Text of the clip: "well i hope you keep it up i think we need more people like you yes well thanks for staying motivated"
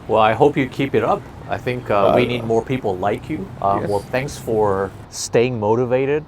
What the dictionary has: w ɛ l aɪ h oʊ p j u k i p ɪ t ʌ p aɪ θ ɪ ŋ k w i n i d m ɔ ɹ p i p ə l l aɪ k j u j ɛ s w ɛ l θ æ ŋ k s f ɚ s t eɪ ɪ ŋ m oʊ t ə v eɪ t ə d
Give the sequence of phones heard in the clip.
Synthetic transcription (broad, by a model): w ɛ l aɪ h oʊ p j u k i p ɪ t ʌ p aɪ θ ɪ ŋ k w i n i d m ɔ ɹ p i p l l aɪ k j u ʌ w ɛ l θ æ ŋ k s f ɚ s t eɪ ɪ ŋ m oʊ t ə v eɪ t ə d